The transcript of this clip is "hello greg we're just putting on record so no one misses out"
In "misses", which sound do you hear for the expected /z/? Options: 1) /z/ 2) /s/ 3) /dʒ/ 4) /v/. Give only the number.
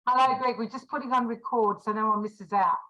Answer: 1